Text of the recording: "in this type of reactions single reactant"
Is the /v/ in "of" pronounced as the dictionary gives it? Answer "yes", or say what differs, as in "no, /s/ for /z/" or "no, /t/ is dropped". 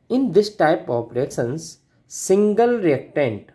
no, /p/ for /v/